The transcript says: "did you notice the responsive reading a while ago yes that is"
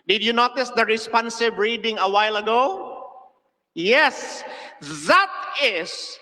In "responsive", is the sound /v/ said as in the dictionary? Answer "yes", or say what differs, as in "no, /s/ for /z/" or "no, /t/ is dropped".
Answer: no, /b/ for /v/